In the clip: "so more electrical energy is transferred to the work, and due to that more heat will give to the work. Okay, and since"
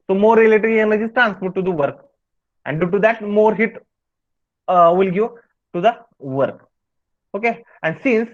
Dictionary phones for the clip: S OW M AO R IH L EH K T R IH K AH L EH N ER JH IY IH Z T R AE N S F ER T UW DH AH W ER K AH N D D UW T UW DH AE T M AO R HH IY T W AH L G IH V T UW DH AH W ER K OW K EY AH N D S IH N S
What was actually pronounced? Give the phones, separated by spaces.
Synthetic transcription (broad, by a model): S OW M AO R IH L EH T IH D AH EH N ER JH IY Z T R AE N S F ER T UW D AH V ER K AH N D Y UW T UW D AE T M AO R HH IY T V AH L G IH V T UW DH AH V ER K OW K EY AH N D S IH N S